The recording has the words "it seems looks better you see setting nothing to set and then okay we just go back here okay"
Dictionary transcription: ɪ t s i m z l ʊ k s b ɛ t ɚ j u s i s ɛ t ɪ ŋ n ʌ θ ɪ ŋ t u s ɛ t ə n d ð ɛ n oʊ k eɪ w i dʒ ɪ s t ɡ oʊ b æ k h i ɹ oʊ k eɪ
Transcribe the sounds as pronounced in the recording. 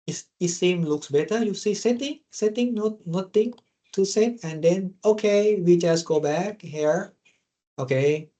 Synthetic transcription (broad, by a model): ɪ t s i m l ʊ k s b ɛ t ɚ j u s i s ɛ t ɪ ŋ n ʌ t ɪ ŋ t u s ɛ t ə n d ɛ n oʊ k eɪ w i dʒ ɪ s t ɡ oʊ b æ k h i ɹ oʊ k eɪ